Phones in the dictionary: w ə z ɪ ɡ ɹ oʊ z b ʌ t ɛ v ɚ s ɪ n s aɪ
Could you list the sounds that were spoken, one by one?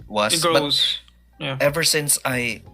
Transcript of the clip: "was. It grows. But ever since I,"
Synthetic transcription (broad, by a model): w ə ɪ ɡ oʊ b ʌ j ɛ v ɚ s ɪ n s aɪ